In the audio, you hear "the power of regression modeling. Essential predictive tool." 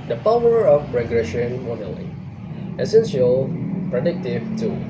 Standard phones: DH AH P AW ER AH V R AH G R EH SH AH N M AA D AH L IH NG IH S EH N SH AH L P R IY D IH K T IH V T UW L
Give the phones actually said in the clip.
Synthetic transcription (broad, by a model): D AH P AW ER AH P R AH G R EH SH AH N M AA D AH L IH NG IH S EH N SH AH L P R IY D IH K T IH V T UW